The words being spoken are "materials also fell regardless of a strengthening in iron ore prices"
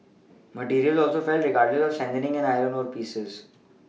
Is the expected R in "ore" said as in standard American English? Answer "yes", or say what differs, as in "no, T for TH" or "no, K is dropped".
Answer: yes